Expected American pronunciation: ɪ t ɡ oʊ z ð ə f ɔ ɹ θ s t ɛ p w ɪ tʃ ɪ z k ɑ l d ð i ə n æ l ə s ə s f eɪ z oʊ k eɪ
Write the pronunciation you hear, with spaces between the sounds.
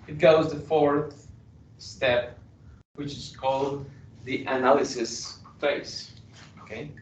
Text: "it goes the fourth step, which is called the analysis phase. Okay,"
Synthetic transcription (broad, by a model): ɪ t ɡ oʊ z ð ə f ɔ ɹ θ s t ɛ p w ɪ tʃ ɪ z k ɑ l d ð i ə n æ l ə s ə s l eɪ s oʊ k eɪ